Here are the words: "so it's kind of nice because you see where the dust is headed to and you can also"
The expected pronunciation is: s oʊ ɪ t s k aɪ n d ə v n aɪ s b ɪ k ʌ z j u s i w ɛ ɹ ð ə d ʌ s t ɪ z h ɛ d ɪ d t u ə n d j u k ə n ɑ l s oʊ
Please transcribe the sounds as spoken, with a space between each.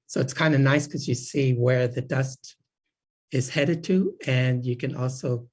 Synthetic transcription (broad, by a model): s oʊ ɪ t s k aɪ n d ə n aɪ s k ʌ z j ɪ s i w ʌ ɹ ð ə d ʌ s t ɪ z h ɛ d ɪ d t u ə n j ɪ k ə n ɑ l s oʊ